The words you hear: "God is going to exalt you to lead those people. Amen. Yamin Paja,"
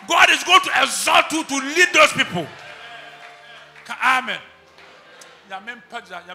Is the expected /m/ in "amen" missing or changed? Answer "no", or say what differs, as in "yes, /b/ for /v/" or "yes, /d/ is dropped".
no